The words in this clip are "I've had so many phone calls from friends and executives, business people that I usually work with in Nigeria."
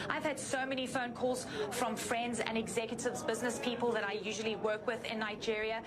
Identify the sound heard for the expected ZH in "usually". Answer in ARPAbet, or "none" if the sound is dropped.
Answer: ZH